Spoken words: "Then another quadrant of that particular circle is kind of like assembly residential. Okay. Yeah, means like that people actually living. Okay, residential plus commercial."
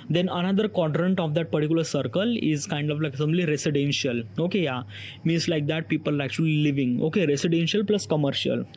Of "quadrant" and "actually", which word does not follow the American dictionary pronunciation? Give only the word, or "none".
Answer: none